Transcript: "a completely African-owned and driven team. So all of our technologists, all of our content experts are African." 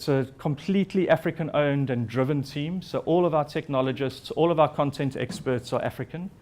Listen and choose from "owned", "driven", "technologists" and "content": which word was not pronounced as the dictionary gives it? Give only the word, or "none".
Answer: none